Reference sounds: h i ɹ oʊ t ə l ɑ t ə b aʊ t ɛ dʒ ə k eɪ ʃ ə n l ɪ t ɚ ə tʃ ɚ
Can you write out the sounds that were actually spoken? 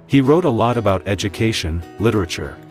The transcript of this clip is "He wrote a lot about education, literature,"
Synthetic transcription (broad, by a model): h i ɹ oʊ t ə l ɑ t ə b aʊ t ɛ dʒ ə k eɪ ʃ ə n l ɪ t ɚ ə tʃ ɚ